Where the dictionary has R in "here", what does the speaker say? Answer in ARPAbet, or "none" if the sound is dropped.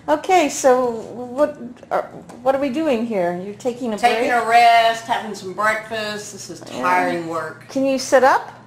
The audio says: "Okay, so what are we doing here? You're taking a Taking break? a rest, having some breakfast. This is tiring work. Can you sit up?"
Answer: R